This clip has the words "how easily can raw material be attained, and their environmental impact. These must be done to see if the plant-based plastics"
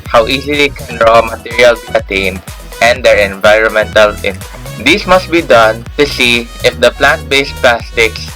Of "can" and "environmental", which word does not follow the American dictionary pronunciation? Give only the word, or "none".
none